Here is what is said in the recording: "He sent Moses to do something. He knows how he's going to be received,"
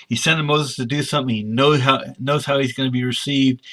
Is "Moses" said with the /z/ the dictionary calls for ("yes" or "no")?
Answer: yes